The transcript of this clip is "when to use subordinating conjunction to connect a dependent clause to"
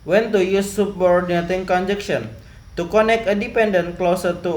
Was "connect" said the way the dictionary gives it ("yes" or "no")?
no